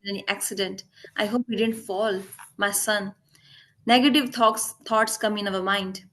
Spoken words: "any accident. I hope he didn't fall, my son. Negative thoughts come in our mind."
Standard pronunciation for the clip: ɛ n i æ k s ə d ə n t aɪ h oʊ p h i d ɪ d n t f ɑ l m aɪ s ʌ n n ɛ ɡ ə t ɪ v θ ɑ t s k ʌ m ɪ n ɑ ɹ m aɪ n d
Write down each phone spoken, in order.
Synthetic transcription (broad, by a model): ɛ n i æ k s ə d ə n t aɪ h oʊ p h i d ɪ d n t f ɑ l m aɪ s ʌ n n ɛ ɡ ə t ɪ v t ɑ t s k ʌ m ɪ n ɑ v m aɪ n d